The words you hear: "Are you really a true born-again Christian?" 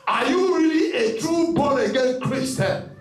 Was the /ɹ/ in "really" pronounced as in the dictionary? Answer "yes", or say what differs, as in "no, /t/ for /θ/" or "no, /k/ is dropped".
yes